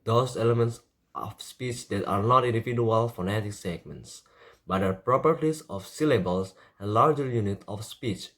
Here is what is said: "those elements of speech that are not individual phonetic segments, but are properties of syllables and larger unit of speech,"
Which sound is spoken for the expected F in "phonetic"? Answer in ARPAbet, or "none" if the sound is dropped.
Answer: F